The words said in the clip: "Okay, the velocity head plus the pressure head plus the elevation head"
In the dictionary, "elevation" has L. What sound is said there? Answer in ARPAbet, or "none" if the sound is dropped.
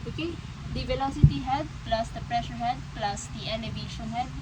N